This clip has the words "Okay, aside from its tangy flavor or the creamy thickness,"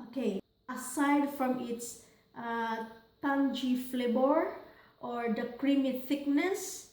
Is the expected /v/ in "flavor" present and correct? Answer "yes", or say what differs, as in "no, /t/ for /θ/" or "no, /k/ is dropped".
no, /b/ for /v/